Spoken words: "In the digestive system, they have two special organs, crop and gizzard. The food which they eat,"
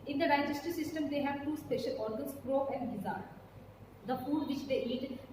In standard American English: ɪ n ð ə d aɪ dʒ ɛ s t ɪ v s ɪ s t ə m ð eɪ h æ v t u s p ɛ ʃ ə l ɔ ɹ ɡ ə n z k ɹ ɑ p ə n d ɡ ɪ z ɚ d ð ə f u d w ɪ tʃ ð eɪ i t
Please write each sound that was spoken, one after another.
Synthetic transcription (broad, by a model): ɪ n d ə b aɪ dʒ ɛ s t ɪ s ɪ s t ə m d eɪ h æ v t u s p ɛ ʃ ə l ɔ ɹ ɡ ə n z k ɹ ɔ ə n d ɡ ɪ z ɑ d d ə f u d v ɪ tʃ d eɪ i t